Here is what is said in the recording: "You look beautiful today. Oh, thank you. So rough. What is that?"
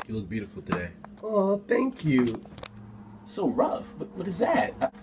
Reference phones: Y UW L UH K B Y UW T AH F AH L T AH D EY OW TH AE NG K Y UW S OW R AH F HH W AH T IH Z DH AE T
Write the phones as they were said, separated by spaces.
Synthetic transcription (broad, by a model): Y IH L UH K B Y UW T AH F L T AH D EY OW TH AE NG K Y UW S OW R AH F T W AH T IH Z DH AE T